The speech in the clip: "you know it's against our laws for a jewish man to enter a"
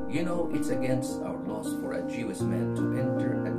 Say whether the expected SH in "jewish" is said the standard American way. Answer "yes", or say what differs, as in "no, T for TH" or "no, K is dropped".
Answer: no, S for SH